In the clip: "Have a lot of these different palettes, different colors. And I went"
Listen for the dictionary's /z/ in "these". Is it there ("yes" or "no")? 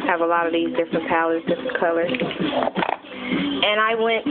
yes